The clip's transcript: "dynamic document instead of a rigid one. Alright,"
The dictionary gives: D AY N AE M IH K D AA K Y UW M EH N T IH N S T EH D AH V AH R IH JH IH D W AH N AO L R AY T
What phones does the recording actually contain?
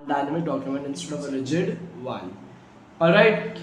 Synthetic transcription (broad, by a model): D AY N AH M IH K D AA K Y UW M EH N T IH N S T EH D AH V AH L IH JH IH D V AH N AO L R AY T